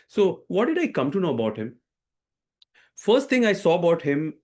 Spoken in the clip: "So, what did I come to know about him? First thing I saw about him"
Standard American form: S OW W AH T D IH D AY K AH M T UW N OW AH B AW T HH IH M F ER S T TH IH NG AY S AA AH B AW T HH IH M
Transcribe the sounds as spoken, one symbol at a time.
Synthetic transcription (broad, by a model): S OW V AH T D IH D AY K AH M T UW N OW AH B AW T HH IH M F ER S T T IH NG AY S AA AH B AW T HH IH M